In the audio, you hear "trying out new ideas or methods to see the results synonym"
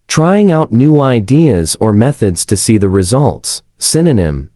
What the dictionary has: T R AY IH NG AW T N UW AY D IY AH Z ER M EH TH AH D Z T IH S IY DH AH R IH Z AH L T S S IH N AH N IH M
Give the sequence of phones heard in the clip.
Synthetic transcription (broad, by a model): T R AY IH NG AW T N UW AY D IY AH Z ER M EH TH AH D Z T IH S IY DH AH R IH Z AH L T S S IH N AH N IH M